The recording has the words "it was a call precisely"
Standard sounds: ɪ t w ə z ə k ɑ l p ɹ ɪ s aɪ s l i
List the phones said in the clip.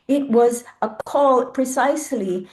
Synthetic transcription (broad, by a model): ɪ t w ə z ə k ɑ l p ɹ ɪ s aɪ s l i